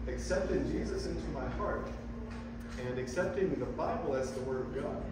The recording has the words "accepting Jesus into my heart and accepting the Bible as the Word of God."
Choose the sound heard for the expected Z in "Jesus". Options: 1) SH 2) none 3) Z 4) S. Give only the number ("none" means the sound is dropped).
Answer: 3